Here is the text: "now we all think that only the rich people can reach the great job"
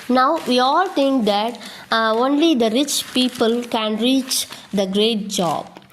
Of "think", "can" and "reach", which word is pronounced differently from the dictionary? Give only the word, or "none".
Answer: think